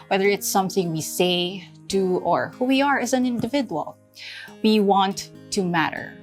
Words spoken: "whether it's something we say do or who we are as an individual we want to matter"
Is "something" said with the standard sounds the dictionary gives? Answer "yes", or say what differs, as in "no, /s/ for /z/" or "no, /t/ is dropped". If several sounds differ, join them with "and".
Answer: yes